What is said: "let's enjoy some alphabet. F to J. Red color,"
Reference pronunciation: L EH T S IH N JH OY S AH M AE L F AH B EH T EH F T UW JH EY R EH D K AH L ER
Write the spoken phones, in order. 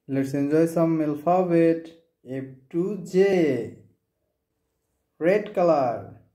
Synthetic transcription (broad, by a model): L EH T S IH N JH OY S AH M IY L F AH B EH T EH P T UW JH EY R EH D K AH L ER